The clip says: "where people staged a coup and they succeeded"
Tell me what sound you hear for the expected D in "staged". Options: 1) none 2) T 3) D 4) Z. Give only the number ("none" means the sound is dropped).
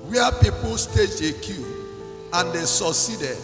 1